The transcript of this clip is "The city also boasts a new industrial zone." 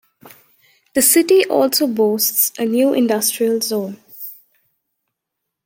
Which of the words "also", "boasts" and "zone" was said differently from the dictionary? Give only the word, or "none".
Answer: none